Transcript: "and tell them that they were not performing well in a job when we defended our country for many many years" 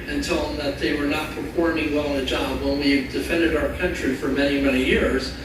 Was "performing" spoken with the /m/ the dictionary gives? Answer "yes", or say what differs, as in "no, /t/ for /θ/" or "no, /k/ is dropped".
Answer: no, /m/ is dropped